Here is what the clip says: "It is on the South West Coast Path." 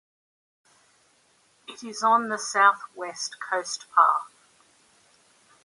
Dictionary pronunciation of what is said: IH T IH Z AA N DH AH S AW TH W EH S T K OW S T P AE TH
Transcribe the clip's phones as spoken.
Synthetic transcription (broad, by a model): IH T IH Z N DH AH S AW TH W EH S T K OW S T P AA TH